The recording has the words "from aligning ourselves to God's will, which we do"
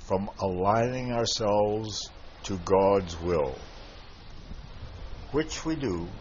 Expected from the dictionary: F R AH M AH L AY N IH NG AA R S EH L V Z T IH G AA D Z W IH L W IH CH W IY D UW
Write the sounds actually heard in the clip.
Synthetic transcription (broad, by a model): F R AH M AH L AY N IH NG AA R S EH L V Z T IH G AA D Z W IH L W IH CH W IY D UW